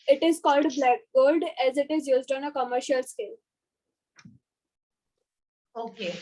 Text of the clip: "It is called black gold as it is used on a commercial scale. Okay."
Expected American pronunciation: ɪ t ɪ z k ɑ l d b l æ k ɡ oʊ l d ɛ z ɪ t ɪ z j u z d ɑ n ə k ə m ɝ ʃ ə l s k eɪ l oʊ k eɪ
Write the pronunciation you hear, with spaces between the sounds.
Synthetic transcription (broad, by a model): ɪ t ɪ z k ɑ l d b l æ k ɡ oʊ l d ɛ z ɪ t ɪ z j u z d ɑ n ə k ə m ɝ ʃ ə l s k eɪ l oʊ k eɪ